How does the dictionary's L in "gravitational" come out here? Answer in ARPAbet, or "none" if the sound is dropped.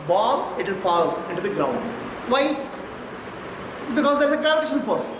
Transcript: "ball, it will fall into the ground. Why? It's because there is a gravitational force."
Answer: N